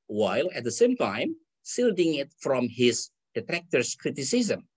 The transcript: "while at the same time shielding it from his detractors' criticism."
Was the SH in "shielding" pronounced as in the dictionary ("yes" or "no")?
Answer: no